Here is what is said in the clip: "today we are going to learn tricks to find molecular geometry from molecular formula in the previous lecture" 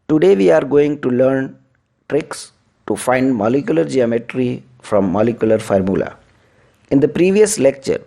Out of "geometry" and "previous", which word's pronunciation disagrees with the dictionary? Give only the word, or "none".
none